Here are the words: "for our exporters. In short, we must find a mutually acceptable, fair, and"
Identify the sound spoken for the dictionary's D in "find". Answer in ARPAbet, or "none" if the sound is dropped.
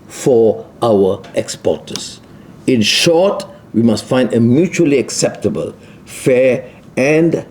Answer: D